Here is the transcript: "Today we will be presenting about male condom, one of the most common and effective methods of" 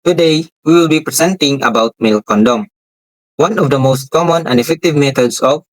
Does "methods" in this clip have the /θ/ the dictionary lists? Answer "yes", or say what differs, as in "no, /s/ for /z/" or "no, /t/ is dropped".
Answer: no, /t/ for /θ/